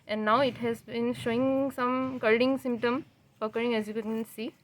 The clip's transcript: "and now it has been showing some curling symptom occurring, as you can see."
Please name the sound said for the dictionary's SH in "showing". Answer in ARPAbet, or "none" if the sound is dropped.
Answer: SH